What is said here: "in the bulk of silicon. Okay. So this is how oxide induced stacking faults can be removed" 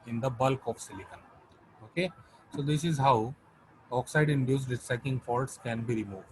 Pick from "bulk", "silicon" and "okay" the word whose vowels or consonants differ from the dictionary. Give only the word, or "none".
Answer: none